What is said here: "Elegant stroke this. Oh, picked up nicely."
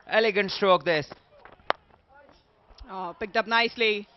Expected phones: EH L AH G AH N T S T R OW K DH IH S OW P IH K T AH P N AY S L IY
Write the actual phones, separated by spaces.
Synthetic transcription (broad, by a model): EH L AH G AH N T S T R OW K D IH S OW P IH K T AH P N AY S L IY